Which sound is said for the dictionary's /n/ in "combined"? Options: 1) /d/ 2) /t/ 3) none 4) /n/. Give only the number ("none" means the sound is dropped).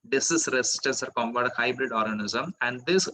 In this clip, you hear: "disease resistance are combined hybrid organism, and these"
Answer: 3